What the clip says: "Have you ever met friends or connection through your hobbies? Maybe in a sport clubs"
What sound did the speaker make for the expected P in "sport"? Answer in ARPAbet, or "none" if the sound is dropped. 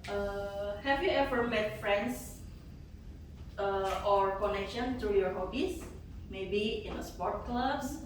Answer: P